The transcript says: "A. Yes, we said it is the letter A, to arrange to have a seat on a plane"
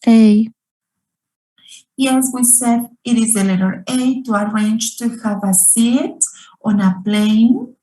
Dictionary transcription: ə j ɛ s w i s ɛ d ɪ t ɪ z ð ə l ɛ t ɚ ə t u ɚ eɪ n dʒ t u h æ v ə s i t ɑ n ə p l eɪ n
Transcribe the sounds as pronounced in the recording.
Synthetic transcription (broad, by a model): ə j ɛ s w i s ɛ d ɪ t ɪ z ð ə l ɛ t ɚ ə t u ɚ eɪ n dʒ t u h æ v ə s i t ɑ n ə p l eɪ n